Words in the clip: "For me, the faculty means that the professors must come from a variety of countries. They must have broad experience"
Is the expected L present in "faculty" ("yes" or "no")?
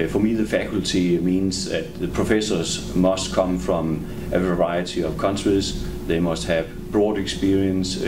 yes